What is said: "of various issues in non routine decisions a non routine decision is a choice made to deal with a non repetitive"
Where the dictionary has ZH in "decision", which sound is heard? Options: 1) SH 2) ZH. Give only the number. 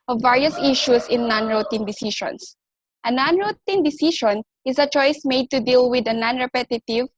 1